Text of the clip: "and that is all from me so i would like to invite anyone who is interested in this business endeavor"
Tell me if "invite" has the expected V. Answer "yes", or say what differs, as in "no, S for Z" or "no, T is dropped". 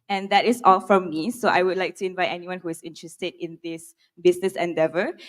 yes